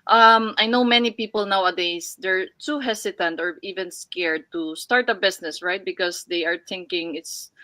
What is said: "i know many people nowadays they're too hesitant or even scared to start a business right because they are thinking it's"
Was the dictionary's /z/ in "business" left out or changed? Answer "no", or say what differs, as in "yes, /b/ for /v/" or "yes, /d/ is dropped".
yes, /s/ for /z/